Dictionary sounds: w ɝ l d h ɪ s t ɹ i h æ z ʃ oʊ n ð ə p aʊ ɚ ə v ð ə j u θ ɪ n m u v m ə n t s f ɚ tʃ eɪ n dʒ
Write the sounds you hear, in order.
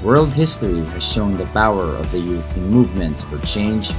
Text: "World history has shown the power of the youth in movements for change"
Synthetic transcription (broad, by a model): w ɝ l d h ɪ s t ɹ i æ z ʃ oʊ n ð ə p aʊ ɚ ə v ð ə j u θ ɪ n m u v m ə n t s f ɚ tʃ eɪ n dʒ